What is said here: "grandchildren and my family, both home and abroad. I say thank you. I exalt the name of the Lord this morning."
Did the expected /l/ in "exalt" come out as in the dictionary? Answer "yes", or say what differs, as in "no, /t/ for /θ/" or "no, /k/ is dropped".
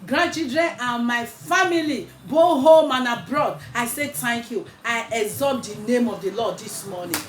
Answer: no, /l/ is dropped